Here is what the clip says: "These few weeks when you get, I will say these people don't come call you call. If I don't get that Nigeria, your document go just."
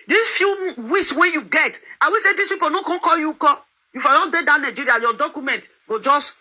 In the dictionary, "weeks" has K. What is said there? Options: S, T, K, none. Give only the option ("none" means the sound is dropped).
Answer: none